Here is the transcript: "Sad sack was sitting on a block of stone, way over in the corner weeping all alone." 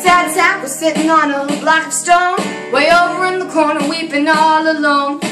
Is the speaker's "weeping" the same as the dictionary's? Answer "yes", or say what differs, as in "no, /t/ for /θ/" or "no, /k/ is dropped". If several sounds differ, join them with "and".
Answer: yes